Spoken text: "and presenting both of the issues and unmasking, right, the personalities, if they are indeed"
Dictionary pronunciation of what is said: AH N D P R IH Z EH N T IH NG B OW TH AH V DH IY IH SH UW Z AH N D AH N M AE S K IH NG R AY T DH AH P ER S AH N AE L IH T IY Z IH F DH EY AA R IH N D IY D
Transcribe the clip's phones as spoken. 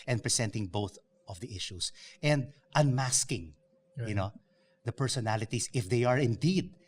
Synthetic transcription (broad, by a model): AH N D P R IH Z EH N T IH NG B OW TH AH V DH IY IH SH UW S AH N D AH N M AE S K IH NG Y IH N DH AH P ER S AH N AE L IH T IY S IH F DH EY AA R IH N D IY D